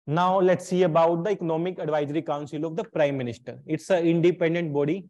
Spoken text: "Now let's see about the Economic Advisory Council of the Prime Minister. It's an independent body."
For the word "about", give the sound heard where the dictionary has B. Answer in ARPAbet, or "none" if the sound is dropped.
B